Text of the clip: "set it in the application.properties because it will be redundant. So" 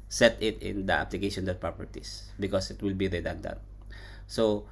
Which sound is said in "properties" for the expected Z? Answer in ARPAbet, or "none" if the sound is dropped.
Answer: S